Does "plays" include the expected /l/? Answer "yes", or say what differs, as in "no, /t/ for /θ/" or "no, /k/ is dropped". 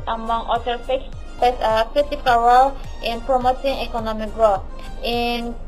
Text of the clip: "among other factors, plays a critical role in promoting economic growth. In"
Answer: no, /l/ is dropped